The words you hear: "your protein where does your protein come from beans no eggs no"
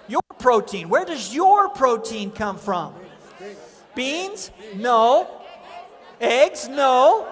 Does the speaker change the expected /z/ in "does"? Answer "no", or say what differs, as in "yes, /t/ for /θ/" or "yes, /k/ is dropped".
no